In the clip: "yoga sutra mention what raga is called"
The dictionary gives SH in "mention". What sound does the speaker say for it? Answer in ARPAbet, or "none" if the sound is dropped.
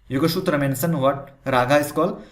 S